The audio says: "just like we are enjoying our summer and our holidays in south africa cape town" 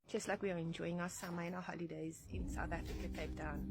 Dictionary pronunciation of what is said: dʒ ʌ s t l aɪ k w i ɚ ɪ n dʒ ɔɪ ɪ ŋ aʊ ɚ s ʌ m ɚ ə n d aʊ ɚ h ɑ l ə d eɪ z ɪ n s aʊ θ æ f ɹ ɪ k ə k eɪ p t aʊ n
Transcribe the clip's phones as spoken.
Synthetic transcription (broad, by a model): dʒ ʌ s t l aɪ k w i ɚ ɪ n dʒ ɔɪ ɪ ŋ aʊ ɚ s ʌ m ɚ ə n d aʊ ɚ h ɑ l ə d eɪ z ɪ n s aʊ θ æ f ɹ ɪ k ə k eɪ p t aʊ n